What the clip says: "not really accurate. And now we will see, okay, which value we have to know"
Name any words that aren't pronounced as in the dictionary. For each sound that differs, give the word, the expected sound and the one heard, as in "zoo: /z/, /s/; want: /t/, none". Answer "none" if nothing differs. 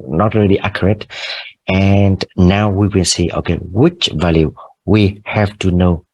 will: /l/, /n/